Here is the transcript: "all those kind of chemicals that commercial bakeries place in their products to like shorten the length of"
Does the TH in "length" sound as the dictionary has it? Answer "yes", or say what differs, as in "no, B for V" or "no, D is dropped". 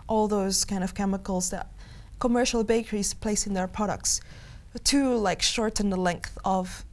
yes